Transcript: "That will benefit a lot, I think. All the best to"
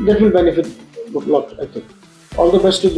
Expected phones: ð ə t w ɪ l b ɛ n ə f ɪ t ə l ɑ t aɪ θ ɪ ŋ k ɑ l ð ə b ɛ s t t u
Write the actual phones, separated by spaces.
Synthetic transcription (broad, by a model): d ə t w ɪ l b ɛ n ə f ɪ t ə l ɑ t aɪ t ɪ ŋ k ɑ l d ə b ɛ s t t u